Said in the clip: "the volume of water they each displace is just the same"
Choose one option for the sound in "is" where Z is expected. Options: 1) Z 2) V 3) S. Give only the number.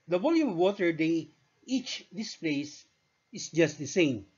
3